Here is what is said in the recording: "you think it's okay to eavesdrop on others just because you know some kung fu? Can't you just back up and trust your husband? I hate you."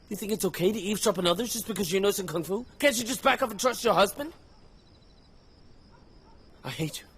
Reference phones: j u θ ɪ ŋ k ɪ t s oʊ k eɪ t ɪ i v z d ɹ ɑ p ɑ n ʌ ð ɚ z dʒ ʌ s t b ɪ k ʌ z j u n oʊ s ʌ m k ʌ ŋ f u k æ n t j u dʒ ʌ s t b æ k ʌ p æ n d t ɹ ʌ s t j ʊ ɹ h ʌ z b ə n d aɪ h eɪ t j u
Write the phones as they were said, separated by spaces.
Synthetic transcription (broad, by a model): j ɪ θ ɪ ŋ k ɪ t s oʊ k eɪ t ɪ i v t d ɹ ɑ p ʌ n ʌ ð ɚ z dʒ ʌ s b ɪ k ʌ z j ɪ n oʊ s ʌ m k ʌ ŋ f u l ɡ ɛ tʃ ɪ dʒ ʌ s b æ k ʌ p n t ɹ ʌ s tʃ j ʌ ɹ h ʌ z b ə n d aɪ h eɪ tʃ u